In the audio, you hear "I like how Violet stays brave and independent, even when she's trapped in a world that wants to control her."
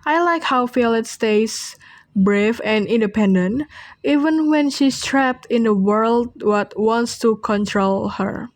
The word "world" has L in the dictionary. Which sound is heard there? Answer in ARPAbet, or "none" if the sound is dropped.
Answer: L